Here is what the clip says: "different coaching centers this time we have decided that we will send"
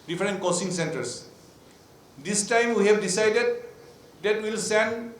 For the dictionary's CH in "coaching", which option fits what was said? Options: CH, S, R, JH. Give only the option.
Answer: S